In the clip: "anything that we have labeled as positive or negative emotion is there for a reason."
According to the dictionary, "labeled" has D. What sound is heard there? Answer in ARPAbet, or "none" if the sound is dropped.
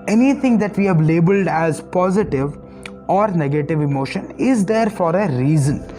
D